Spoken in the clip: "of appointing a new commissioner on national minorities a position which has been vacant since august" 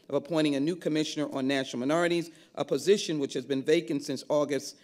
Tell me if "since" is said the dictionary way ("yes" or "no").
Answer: yes